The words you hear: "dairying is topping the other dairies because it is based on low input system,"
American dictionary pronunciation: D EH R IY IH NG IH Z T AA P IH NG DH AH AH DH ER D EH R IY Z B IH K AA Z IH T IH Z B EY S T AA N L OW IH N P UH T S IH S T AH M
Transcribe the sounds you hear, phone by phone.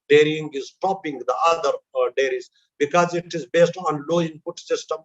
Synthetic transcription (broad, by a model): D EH R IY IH NG IH Z T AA P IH NG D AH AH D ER D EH R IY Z B IH K AA Z IH T IH Z B EY S T AA N L OW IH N P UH T S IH S T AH M